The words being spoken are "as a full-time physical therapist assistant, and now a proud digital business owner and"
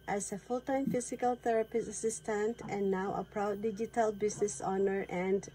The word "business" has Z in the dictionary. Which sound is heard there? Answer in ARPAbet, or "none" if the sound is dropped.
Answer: S